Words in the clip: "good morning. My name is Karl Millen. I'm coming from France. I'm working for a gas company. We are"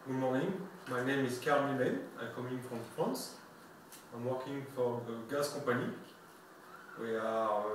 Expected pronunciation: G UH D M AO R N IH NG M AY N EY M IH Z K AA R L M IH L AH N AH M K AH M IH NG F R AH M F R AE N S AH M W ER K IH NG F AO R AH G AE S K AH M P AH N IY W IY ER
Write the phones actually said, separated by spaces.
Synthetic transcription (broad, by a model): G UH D M AO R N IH NG M AY N EY M IH Z K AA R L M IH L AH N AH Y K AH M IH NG F R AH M F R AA N S AH M W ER K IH NG F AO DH AH G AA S K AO P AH N IY W IY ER